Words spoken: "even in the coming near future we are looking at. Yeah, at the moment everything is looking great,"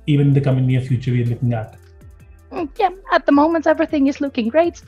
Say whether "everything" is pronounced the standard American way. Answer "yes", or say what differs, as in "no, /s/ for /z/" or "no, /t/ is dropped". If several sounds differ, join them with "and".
yes